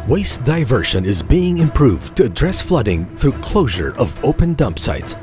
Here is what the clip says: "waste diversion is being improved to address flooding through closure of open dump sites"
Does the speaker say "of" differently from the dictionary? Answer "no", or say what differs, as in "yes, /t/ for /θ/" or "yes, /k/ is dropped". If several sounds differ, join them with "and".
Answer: no